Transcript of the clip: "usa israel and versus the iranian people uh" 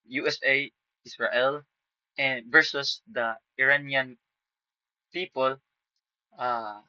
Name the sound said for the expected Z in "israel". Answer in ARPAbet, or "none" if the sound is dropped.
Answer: S